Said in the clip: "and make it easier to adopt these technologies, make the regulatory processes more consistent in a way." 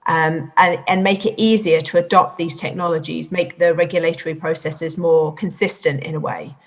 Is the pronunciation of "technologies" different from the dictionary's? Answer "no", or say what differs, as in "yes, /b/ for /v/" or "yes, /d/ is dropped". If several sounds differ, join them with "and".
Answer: no